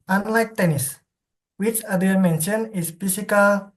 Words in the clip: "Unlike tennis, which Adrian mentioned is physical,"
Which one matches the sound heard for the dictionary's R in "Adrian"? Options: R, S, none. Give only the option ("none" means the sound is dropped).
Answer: none